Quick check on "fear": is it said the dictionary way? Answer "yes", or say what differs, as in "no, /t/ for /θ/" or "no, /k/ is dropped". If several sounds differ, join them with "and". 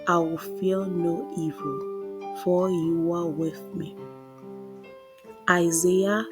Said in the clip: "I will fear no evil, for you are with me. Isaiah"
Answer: no, /l/ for /ɹ/